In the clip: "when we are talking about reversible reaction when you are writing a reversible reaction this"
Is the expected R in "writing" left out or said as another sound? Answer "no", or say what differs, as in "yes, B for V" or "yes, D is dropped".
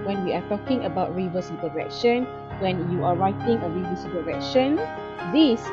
no